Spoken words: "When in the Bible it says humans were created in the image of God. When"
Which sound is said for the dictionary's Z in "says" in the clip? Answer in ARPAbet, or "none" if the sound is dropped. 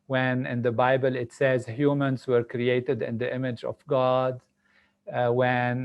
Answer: Z